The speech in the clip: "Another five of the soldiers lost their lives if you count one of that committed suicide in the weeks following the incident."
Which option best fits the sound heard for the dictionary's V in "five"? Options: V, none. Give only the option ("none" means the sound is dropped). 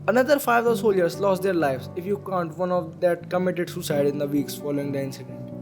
none